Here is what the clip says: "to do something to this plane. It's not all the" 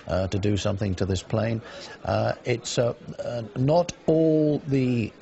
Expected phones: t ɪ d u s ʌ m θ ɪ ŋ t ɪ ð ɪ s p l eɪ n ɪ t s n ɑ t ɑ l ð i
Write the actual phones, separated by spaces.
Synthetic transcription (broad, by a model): t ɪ d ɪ s ʌ m θ ɪ ŋ t ɪ ð ɪ s p l eɪ n ɪ t s n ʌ t ɑ l ð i